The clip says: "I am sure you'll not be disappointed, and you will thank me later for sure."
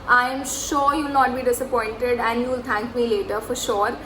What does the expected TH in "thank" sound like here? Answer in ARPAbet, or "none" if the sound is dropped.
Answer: T